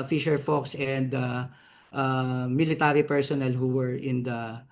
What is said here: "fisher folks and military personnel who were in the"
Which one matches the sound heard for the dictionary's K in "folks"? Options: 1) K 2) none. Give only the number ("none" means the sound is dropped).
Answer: 1